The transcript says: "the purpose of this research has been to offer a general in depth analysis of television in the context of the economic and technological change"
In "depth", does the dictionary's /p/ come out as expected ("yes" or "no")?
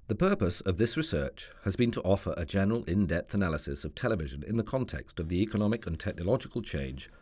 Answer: yes